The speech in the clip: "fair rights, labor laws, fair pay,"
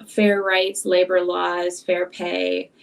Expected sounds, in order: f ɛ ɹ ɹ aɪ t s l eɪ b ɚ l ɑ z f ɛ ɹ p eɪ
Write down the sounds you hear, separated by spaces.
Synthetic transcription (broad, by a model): f ɛ ɹ ɹ aɪ t s l eɪ b ɚ l ɑ z f ɛ ɹ p eɪ